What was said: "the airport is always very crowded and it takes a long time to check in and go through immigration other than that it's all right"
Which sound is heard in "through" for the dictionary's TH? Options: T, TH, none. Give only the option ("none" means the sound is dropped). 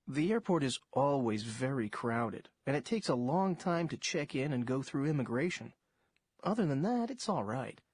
TH